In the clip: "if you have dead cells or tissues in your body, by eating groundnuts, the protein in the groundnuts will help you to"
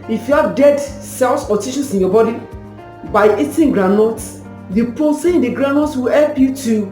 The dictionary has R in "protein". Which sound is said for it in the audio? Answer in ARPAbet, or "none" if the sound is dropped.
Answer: none